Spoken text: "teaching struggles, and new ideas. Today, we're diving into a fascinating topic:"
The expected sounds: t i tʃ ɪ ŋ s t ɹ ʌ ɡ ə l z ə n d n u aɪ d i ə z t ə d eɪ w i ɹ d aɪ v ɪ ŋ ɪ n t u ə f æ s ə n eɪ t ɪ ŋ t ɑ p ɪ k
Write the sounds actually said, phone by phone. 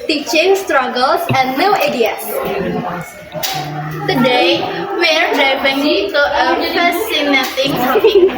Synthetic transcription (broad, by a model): t i tʃ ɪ ŋ s t ɹ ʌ ɡ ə l s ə n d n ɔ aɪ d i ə s t ə d eɪ w i ɹ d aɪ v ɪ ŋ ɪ t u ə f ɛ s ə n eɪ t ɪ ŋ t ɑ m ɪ